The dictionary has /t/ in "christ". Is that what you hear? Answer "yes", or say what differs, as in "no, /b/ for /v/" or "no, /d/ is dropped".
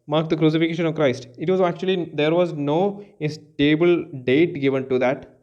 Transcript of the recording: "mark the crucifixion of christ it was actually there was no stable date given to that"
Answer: yes